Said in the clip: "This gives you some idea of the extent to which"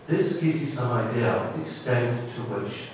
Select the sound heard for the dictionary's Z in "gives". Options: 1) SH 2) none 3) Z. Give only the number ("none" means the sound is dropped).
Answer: 3